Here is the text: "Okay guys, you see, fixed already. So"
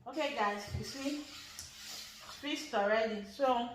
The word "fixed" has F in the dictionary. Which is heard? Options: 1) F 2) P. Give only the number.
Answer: 2